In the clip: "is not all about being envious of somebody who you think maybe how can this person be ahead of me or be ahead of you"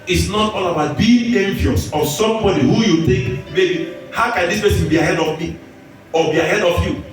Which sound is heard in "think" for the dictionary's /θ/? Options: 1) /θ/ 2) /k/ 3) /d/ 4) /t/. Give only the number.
4